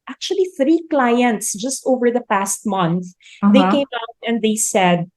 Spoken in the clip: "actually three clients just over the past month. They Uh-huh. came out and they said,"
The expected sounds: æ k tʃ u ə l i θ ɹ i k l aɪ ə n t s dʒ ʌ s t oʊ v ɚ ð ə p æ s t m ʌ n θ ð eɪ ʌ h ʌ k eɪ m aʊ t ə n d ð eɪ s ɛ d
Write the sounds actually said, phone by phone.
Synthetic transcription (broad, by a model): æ k tʃ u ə l i θ ɹ i k l aɪ ə n t s dʒ ʌ s t oʊ v ɚ ð ə p æ s t m ʌ n θ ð eɪ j k eɪ m aʊ t ə n d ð eɪ s ɛ d